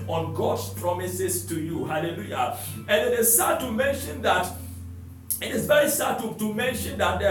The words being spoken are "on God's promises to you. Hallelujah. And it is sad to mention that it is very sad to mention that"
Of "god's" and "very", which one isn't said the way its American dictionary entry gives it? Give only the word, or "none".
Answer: god's